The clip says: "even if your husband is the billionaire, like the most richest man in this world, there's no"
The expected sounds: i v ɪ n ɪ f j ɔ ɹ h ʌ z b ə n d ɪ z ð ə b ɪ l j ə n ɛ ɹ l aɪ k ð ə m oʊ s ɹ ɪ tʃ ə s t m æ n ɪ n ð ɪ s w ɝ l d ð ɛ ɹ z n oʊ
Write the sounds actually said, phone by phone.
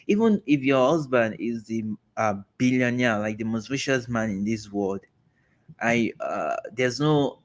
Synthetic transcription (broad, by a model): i v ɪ n ɪ f j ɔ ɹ h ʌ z b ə n d ɪ z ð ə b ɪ l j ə n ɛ l aɪ k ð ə m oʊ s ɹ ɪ ʃ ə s m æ n ɪ n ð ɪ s w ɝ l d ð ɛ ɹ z n oʊ